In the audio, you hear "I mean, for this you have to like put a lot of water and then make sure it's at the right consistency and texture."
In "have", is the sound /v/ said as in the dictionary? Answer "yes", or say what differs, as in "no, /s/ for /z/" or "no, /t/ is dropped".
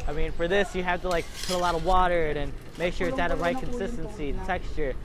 no, /f/ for /v/